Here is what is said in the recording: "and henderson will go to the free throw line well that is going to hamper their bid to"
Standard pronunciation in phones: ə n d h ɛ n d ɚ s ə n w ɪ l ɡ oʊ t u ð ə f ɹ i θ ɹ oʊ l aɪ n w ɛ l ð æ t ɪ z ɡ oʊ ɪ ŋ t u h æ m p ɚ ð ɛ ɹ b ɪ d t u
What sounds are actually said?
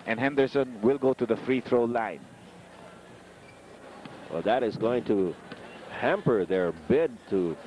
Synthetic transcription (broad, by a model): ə n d h ɛ n d ɚ s ə n w ɪ l ɡ oʊ t u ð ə f ɹ i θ ɹ oʊ l aɪ n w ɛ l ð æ t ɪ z ɡ oʊ ɪ ŋ t u h æ m p ɚ ð ɛ ɹ b ɪ d t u